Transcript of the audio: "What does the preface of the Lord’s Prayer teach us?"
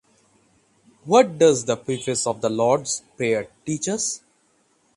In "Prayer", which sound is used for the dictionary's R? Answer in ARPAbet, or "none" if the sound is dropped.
none